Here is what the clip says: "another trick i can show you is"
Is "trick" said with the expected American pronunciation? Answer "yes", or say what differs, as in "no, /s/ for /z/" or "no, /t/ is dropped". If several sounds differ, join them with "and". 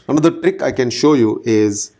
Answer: yes